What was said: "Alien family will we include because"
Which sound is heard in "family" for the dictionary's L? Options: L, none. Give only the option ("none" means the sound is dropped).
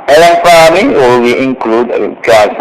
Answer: none